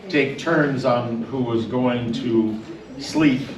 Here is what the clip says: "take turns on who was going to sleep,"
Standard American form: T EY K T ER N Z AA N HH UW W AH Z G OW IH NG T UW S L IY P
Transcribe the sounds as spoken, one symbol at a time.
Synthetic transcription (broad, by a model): T EY K T ER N Z N HH UW W AH Z G OW IH NG T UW S L IY P